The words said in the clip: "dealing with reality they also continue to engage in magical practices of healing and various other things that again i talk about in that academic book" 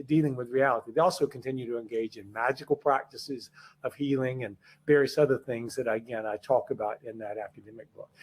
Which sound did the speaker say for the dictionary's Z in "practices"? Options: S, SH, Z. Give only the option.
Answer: Z